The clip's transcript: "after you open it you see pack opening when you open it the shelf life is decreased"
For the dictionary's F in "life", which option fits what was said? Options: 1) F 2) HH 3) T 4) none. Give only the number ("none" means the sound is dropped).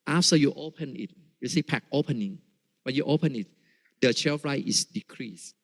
4